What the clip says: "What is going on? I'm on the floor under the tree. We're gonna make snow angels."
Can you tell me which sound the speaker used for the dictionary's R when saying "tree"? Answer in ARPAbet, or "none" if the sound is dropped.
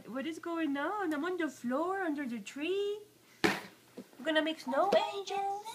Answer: R